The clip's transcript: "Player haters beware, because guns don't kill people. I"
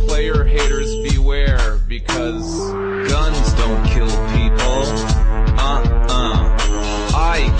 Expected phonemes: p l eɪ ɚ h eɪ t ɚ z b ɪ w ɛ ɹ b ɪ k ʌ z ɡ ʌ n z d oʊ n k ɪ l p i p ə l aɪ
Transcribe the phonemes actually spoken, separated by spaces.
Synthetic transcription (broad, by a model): p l eɪ ɚ h eɪ t ɚ z b ɪ w ɛ ɹ b ɪ k ʌ z ɡ ʌ n z d oʊ n k ɪ l p i p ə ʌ aɪ